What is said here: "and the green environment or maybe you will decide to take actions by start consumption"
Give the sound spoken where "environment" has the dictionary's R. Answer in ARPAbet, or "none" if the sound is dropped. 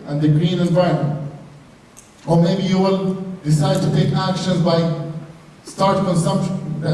none